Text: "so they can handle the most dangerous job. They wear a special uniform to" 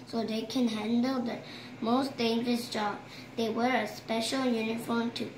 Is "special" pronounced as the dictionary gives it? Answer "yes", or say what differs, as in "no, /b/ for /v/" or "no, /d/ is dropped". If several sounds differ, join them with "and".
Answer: yes